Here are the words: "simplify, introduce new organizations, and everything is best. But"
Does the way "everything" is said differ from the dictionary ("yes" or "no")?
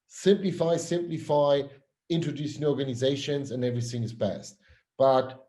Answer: no